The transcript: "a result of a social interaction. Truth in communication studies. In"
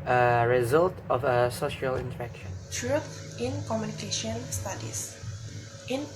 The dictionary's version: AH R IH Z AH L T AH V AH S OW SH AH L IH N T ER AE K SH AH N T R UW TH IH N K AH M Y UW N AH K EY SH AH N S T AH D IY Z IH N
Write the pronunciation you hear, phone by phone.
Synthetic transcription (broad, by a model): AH R IH Z AH L T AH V AH S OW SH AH L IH N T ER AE K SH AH N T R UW T IH N K AH M Y UW N AH K EY SH AH N S T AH D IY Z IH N